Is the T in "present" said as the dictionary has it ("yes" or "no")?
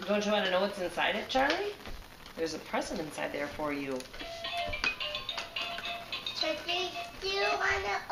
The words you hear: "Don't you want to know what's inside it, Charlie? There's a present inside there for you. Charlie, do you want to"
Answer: no